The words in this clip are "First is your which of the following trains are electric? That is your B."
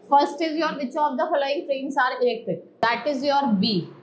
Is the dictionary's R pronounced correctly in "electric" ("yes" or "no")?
no